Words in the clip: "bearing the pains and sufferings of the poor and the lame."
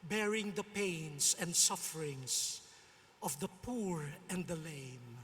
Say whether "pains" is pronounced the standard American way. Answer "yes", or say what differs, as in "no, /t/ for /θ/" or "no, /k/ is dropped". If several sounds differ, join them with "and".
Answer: no, /s/ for /z/